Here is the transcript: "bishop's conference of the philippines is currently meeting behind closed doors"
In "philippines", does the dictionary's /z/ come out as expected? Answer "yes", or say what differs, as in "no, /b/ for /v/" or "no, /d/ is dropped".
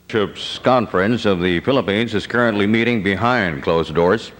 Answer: yes